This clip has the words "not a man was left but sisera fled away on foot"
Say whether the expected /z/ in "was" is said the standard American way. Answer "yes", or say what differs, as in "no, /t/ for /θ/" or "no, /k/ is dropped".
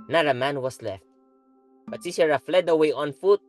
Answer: no, /s/ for /z/